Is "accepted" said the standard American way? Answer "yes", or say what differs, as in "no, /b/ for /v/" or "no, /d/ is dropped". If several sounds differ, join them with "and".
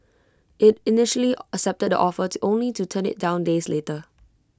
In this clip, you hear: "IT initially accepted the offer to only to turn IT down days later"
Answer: yes